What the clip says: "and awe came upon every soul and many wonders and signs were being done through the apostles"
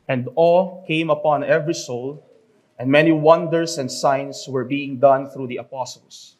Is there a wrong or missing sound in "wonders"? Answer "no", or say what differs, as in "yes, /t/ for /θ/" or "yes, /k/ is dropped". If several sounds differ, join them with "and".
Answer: yes, /s/ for /z/